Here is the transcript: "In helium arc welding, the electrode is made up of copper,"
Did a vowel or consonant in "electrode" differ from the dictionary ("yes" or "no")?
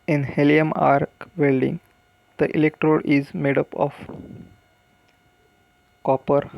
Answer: no